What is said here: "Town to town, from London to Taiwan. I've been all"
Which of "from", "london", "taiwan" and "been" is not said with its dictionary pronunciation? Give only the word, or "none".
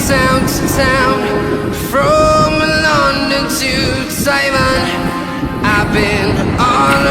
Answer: taiwan